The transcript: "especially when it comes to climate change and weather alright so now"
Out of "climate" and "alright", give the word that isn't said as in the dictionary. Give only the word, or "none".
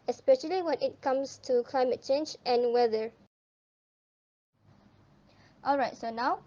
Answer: none